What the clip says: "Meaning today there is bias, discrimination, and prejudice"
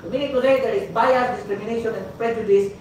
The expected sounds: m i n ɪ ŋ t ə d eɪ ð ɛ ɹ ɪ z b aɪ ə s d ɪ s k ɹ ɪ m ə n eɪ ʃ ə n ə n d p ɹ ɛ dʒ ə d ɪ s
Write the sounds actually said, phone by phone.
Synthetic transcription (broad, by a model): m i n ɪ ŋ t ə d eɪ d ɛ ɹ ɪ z b aɪ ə d ɪ s k ɹ ɪ m ə n eɪ ʃ ə n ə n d p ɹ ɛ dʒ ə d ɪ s